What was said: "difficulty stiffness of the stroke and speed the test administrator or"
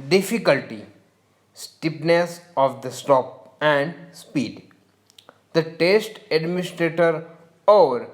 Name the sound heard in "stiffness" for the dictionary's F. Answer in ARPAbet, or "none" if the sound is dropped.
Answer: P